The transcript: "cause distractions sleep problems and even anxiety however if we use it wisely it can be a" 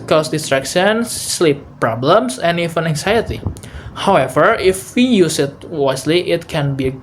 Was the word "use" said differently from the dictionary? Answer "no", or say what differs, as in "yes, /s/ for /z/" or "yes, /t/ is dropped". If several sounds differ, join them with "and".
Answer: no